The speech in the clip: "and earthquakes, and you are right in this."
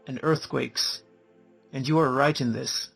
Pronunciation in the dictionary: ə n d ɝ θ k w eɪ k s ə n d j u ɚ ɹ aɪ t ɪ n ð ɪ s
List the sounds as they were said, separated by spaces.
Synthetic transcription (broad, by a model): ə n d ɝ θ k w eɪ k s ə n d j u ɚ ɹ aɪ t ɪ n ð ɪ s